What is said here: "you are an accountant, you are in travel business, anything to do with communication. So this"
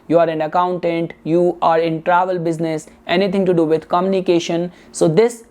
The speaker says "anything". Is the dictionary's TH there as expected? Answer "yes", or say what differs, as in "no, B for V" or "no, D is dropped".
no, T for TH